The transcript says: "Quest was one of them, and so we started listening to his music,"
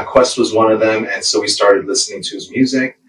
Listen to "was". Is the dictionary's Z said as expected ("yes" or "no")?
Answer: yes